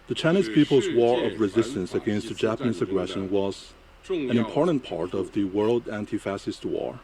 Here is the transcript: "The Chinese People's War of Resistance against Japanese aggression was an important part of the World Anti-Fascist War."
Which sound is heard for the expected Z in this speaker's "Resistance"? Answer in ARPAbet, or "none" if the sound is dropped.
Z